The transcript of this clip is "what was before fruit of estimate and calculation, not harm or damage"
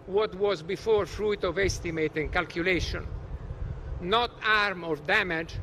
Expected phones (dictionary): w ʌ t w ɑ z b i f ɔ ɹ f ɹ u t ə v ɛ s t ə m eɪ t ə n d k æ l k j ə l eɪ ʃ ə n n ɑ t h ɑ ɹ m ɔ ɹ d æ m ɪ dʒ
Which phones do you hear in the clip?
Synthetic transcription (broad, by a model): w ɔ t w ɑ z b i f ɔ ɹ f ɹ u t ə v ɛ s t ə m eɪ t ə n k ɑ l k j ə l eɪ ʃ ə n n ɑ t ɑ ɹ m ɔ ɹ d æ m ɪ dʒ